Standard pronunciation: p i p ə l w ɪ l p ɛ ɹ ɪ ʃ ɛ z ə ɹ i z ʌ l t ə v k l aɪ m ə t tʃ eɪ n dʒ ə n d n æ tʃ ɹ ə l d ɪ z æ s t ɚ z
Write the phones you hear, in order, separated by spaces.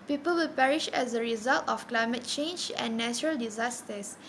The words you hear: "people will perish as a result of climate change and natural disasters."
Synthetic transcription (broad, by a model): p i p ə l w ɪ l p ɛ ɹ ɪ ʃ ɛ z ə ɹ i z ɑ l t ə f k l aɪ m ə t tʃ eɪ n dʒ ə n n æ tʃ ɹ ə l d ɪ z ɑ s t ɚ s